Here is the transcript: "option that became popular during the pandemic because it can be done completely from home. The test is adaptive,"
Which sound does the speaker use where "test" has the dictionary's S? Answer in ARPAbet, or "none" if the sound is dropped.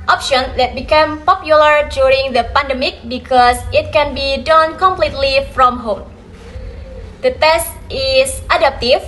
S